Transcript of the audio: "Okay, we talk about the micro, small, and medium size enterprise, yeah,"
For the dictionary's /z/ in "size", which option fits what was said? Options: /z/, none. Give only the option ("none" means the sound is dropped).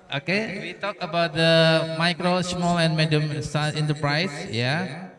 none